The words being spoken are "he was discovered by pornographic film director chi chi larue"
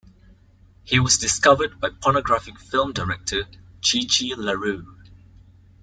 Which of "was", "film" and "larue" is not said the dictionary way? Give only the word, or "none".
none